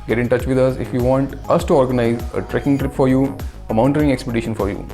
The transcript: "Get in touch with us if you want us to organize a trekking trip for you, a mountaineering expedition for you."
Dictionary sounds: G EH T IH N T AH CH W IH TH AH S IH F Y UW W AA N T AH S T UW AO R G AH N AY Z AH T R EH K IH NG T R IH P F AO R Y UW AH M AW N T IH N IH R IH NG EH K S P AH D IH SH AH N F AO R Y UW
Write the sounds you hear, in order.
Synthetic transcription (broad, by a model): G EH T IH N T AH CH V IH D AH S IH F Y UW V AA N T AH S T UW AO R G AH N AY Z AH T R EH K IH NG T R IH P F AO R Y UW AH M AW N T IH R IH NG EH K S P AH D IH SH AH N F AO R Y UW